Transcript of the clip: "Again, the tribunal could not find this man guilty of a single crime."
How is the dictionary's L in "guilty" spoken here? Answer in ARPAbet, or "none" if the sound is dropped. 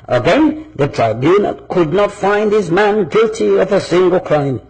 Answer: L